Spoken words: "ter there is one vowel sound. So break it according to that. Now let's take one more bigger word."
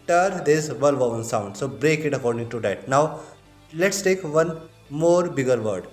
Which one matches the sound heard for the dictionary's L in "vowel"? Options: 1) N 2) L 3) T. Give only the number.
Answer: 1